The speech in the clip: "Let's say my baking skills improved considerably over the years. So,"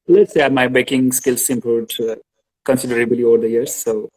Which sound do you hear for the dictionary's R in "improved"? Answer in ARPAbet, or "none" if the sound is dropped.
none